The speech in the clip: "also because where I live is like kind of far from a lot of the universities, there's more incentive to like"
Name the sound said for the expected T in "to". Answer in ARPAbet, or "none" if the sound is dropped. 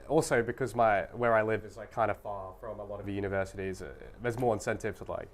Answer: S